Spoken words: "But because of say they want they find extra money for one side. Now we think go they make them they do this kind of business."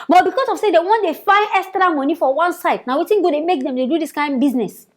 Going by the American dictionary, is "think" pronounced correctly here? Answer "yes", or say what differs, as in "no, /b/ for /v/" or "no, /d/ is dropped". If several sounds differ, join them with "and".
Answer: no, /t/ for /θ/